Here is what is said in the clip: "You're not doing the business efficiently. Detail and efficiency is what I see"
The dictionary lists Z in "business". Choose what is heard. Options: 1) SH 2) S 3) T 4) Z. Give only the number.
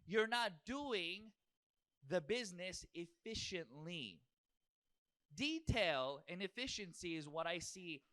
4